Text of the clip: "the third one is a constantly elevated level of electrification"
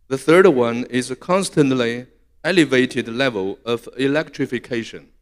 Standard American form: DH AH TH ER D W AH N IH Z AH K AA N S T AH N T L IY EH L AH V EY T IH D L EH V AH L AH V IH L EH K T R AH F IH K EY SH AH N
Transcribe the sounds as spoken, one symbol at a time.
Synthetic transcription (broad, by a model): DH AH TH ER D W AH N IH Z AH K AA N S T AH N T L IY EH L AH V EY T IH D L EH V AH L AH V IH L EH K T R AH F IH K EY SH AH N